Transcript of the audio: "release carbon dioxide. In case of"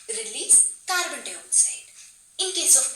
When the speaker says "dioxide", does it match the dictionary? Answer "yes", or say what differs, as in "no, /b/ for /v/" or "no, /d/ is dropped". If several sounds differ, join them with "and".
no, /k/ is dropped